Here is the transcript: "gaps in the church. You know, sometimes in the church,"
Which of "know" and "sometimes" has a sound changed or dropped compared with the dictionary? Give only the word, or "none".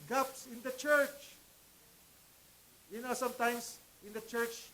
sometimes